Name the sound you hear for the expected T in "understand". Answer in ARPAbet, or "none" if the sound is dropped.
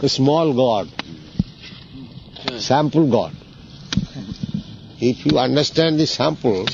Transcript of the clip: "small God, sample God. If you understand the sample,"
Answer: T